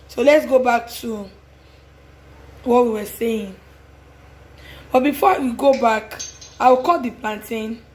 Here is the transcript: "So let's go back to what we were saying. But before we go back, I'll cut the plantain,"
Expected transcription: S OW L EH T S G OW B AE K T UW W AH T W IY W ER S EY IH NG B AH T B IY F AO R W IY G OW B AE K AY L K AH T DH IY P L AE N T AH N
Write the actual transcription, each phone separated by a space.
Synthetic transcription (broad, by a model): S OW L EH T S G OW B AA K T UW W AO T W IY W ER S EY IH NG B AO T B IY F AO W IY G OW B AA K AY W K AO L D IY P L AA N T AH N